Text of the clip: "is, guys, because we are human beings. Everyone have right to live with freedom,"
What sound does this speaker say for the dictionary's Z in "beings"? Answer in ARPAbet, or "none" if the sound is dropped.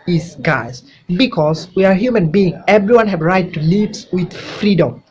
none